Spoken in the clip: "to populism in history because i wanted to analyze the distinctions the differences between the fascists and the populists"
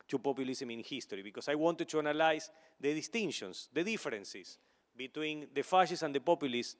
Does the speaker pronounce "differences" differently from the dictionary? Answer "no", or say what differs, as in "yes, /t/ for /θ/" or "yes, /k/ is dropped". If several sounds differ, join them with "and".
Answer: yes, /s/ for /z/